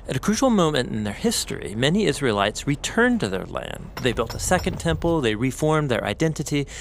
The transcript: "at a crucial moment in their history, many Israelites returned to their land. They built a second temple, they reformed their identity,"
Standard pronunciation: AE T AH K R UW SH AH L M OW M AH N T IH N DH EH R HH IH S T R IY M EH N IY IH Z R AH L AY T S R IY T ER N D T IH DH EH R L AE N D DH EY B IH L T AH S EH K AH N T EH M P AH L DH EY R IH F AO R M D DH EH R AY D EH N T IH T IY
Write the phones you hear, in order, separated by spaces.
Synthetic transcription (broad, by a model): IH T AH K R UW SH L M OW M AH N T IH N DH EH R HH IH S T R IY M EH N IY IH Z R AH L AY T S R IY T ER N T IH DH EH R L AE N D DH EY B IH L T AH S EH K AH N T EH M P L DH EY R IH F AO R M DH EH R AY D EH N T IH T IY